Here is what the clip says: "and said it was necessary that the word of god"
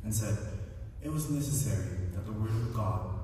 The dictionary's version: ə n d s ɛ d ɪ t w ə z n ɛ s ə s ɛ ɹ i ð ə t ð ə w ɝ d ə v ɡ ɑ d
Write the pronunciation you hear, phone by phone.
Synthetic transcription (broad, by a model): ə n s ɛ d ɪ t w ə z n ɛ s ə s ɛ ɹ i ð ə t ð ə w ɝ d ə v ɡ ɑ d